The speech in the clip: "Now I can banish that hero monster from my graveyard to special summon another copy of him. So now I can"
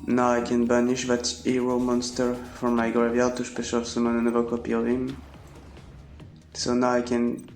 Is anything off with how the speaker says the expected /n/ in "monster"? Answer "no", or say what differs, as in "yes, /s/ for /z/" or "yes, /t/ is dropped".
no